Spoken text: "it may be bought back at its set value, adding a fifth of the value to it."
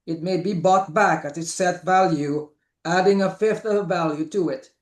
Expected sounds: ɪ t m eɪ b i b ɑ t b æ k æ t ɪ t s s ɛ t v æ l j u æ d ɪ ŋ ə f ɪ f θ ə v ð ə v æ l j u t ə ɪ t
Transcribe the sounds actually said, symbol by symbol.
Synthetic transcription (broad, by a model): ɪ t m eɪ b i b ɑ t b æ k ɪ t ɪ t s s ɛ t v æ l j u æ d ɪ ŋ ə f ɪ f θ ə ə v æ l j u t ə ɪ t